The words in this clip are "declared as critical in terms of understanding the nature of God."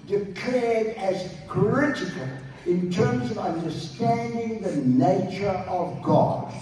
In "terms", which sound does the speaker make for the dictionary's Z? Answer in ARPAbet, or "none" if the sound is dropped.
Z